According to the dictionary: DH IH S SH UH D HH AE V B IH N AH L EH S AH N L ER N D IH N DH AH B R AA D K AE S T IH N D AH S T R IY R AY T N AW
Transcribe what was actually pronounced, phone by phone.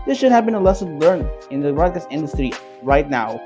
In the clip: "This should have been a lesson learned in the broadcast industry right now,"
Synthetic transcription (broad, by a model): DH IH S SH UH D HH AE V B IH N AH L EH S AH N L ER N IH N DH AH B R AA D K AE S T IH N D AH S T R IY R AY T N AW